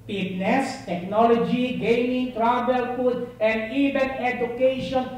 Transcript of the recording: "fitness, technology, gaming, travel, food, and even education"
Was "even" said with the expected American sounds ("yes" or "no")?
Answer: no